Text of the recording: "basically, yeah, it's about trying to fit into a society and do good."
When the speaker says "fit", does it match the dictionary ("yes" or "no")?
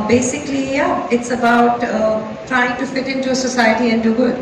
yes